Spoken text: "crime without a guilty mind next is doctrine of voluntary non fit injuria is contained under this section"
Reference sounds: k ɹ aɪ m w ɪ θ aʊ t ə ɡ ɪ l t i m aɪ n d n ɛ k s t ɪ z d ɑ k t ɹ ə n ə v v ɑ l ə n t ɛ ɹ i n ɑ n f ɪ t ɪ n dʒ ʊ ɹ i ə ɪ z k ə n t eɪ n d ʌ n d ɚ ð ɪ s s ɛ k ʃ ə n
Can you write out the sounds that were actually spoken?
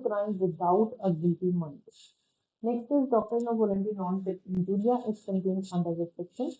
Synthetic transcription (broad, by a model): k ɹ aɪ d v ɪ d aʊ t ə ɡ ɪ t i m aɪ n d n ɛ k s t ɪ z d ɑ k t ɹ ə n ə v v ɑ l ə n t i n ɑ n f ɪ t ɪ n dʒ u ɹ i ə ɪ s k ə n t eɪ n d ʌ n d ɚ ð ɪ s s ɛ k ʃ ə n